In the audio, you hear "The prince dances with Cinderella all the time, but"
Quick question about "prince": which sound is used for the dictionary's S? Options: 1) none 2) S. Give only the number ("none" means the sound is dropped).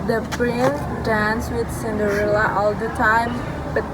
1